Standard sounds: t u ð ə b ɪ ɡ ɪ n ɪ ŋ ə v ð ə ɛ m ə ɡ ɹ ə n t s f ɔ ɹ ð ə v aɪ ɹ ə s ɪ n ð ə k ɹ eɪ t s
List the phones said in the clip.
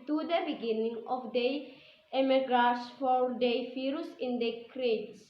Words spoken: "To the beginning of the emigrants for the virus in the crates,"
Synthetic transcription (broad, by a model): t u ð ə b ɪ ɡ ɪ n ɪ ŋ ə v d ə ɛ m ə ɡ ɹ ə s f ɔ ɹ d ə f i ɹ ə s ɪ n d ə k ɹ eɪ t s